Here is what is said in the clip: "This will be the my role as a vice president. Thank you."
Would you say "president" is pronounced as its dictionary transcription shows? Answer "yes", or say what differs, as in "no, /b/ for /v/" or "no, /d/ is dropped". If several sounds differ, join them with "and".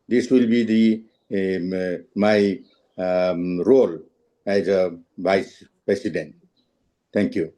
no, /s/ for /z/